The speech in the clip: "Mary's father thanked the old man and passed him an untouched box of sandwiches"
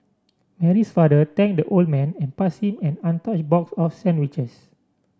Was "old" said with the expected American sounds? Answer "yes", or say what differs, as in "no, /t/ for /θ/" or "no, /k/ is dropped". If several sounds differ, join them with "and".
yes